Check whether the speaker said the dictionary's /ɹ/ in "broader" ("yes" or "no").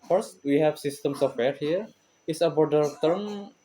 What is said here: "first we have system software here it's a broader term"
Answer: no